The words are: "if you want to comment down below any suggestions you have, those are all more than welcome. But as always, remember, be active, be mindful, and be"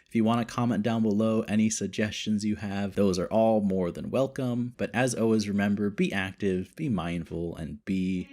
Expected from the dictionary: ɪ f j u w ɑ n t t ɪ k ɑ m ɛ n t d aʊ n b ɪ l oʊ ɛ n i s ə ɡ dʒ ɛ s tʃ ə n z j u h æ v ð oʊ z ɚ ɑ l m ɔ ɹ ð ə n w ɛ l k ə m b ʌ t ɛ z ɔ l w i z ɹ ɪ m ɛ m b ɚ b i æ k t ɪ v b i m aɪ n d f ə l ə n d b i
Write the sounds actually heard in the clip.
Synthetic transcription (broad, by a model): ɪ f j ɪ w ɑ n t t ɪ k ɑ m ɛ n d aʊ n b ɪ l oʊ ɛ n i s ə ɡ dʒ ɛ s tʃ ə n z j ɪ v ð oʊ z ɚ ɑ l m ɔ ɹ ð ə n w ɛ l k ə m b ʌ t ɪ z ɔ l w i z ɹ ɪ m ɛ m b ɚ b i æ k t ɪ v b i m aɪ n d f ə l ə n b i